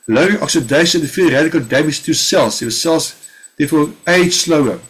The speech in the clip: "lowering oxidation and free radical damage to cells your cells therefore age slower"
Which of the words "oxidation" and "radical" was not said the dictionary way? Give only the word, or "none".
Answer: oxidation